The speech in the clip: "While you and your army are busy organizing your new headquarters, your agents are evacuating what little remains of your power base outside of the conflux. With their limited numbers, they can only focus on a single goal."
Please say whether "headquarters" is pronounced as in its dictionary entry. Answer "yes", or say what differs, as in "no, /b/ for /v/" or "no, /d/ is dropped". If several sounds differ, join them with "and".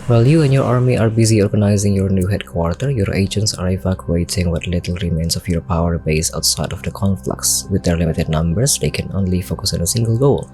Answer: no, /z/ is dropped